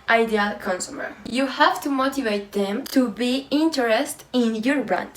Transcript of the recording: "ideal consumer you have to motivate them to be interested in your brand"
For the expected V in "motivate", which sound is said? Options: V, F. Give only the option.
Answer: V